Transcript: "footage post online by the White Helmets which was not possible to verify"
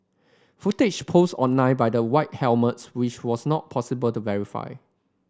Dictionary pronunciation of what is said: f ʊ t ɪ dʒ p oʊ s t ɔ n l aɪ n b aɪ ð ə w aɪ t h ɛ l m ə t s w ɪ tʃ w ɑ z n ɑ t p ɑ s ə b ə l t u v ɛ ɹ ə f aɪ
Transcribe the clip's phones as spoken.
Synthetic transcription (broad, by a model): f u t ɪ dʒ p oʊ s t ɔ n aɪ b aɪ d ə w aɪ t h ɛ l m ə t s w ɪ tʃ w ɑ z n ɑ t p ɑ s ə b ə l t u v ɛ ɹ ə f aɪ